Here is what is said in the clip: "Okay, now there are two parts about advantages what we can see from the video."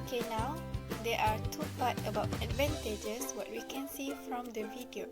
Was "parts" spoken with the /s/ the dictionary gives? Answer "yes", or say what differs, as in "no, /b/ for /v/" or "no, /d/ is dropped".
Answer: no, /s/ is dropped